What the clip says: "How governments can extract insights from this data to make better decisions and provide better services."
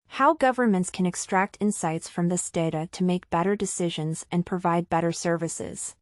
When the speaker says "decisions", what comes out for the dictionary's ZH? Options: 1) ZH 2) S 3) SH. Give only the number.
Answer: 1